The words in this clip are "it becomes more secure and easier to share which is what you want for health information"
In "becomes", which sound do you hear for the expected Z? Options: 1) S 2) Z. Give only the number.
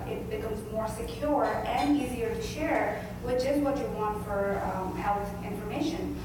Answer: 2